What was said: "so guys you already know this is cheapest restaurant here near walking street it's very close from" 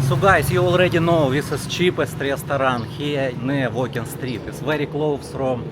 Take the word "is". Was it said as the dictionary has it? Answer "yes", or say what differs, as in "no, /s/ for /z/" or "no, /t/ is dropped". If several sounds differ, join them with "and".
no, /s/ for /z/